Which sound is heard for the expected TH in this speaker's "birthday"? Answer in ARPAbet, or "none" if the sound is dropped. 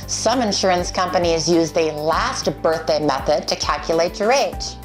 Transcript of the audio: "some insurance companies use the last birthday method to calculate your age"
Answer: TH